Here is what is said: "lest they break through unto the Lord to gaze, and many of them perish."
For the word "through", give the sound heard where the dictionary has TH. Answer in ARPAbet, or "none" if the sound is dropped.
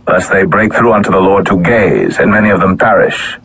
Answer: TH